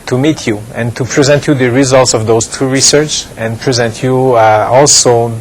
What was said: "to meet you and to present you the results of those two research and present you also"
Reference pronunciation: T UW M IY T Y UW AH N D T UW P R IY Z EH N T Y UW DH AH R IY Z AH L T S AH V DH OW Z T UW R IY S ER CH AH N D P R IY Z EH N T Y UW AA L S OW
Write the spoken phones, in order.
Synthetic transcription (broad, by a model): T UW M IY T Y UW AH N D T UW P R IY Z EH N T Y UW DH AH R IY Z AH L T S AH V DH OW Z T UW R IY S ER CH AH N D P R IY Z EH N T Y UW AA L S OW